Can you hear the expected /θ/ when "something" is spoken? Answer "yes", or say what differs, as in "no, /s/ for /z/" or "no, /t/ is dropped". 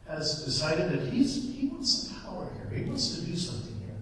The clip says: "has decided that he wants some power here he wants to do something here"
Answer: yes